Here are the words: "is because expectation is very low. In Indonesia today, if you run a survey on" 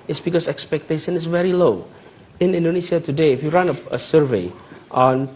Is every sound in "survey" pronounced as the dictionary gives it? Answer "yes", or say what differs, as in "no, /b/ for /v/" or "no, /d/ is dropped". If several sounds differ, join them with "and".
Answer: yes